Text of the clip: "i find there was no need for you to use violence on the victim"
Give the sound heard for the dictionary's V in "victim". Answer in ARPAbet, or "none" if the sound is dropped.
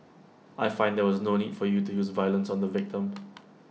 V